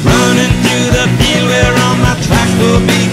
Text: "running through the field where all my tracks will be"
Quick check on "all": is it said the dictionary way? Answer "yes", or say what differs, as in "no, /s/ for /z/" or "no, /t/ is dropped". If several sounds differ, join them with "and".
no, /n/ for /l/